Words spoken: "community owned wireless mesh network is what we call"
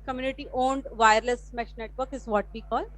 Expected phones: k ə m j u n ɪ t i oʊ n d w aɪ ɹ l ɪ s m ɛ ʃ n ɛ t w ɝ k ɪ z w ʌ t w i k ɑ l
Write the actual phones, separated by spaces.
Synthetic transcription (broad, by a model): k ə m j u n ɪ t i oʊ n d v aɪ ɹ l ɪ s m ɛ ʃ n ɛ t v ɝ k ɪ z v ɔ t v i k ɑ l